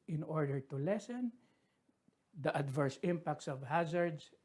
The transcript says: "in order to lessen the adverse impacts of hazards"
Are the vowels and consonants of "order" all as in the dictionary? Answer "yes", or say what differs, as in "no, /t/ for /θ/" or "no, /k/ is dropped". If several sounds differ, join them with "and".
yes